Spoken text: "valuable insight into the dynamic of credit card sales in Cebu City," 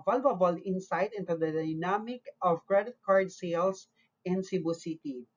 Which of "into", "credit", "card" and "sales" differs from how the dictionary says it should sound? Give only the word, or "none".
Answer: sales